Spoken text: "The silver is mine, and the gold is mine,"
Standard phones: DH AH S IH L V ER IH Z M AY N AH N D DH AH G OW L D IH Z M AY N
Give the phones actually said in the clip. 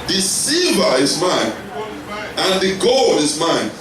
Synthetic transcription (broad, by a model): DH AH S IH V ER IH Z M AY N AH N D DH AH G OW L D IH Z M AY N